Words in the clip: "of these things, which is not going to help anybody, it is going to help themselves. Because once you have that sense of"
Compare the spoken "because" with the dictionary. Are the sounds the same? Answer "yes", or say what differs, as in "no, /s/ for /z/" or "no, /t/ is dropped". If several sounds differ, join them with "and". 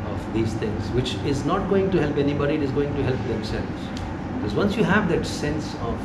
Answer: yes